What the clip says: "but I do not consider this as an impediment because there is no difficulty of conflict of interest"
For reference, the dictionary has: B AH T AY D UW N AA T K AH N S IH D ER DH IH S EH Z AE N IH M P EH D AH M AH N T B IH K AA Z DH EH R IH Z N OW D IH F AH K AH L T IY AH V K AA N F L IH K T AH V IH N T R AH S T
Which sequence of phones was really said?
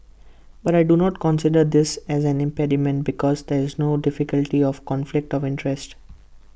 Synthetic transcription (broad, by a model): B AH T AY D UW N AA T K AH N S IH D ER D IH S EH Z AE N IH M P EH D AH M AH N T B IH K AA Z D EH R IH Z N OW D IH F AH K AH L T IY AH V K AA N F L IH K T AH V IH N T R AH S T